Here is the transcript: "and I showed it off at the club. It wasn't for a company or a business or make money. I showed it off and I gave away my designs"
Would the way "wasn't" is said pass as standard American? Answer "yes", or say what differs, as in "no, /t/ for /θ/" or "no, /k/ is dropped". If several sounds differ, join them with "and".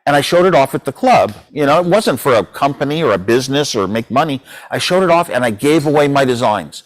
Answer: yes